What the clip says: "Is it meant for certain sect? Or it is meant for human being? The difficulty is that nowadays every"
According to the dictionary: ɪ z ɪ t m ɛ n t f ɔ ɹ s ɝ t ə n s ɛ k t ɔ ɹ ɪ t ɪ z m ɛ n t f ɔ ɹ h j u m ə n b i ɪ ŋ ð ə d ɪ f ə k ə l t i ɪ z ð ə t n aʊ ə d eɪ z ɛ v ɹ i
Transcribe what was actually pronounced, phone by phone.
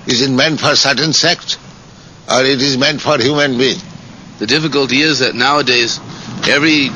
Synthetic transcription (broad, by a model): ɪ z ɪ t m ɛ n t f ɔ ɹ s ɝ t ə n s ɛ k t ɔ ɹ ɪ t ɪ z m ɛ n t f ɔ ɹ h j u m ə n b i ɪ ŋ ð ə d ɪ f ə k ə l t i ɪ z ð ə t n aʊ ə d eɪ z ɛ v ɹ i